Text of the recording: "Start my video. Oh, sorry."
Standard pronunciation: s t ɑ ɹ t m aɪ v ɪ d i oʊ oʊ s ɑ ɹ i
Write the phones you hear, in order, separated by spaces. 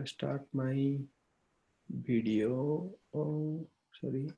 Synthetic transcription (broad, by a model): s t ɑ ɹ t m aɪ b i d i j oʊ s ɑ ɹ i